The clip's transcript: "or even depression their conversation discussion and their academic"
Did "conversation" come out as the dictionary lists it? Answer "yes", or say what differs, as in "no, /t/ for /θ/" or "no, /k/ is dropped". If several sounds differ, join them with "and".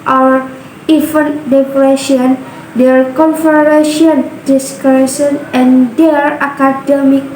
no, /f/ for /v/ and /s/ is dropped